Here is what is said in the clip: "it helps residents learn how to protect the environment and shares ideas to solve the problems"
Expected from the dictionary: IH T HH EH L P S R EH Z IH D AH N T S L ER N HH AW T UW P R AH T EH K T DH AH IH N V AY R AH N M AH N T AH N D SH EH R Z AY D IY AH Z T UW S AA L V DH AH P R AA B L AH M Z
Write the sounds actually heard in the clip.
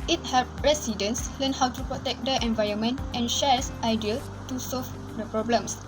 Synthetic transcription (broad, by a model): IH T HH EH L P R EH S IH D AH N S L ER N HH AW T UW P R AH T EH K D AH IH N V AY R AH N M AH N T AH N SH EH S AY D IY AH T UW S AA L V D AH P R AA B L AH M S